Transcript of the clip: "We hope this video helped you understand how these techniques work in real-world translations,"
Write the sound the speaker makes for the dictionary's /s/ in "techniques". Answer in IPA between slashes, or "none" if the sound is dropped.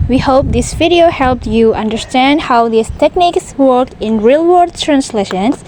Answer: /s/